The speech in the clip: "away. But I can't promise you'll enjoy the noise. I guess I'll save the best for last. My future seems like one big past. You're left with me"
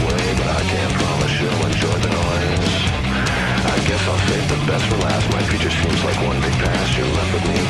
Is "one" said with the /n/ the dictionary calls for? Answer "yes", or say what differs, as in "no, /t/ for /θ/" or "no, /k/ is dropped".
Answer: yes